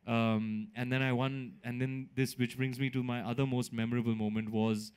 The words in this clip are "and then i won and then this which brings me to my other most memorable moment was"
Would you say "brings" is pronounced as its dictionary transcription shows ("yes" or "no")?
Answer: yes